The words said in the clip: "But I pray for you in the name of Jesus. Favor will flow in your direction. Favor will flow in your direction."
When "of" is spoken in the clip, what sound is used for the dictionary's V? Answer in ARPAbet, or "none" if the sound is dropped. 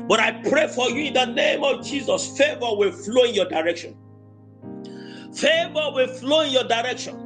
V